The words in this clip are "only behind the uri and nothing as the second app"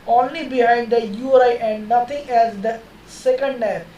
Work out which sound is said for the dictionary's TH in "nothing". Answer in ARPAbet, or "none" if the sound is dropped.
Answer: T